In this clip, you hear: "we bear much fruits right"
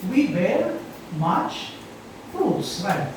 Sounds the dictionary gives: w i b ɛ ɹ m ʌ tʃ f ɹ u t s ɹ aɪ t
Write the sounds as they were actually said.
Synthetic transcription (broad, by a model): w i b ɛ ɹ m ʌ tʃ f u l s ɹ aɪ